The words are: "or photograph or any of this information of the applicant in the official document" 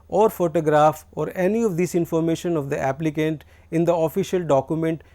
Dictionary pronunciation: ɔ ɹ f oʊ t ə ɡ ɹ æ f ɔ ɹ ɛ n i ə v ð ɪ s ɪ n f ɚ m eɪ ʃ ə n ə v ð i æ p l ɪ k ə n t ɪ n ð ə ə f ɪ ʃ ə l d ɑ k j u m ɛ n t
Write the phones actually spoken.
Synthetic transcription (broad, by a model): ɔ ɹ f oʊ t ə ɡ ɹ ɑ f ɔ ɹ ɛ n i ə v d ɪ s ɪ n f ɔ m eɪ ʃ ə n ə v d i æ p l ɪ k ə n t ɪ n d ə ə f ɪ ʃ ə l d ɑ k j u m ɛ n t